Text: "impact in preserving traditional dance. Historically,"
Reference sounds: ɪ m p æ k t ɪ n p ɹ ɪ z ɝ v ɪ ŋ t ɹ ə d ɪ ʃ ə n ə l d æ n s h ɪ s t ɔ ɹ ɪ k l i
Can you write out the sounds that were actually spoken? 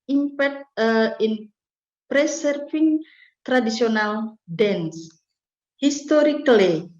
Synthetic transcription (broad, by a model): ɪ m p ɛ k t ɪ n p ɹ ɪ s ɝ f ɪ ŋ t ɹ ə d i s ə n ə l d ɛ n s h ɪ s t ɔ ɹ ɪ k l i